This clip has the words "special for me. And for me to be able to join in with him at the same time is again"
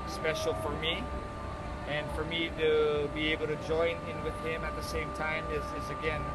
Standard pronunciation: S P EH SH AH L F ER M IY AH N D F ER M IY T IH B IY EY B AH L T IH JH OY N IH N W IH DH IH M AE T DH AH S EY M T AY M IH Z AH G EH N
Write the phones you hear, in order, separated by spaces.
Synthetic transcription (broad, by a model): S P EH SH L F ER M IY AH N F ER M IY T IH B IY EY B L T IH JH OY N IH N W IH DH IH M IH T DH AH S EY M T AY M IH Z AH G EH N